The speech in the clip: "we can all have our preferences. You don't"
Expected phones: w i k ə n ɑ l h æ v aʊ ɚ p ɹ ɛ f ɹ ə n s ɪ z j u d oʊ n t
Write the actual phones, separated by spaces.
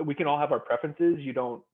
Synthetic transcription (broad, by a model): w i k ə n ɑ l h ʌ v aʊ ɚ p ɹ ɛ f ɹ ə n s ɪ z j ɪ d oʊ n t